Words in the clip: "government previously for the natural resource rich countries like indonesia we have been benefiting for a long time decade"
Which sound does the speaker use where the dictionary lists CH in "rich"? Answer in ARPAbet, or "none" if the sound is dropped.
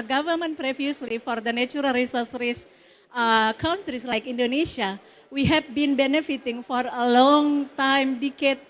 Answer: S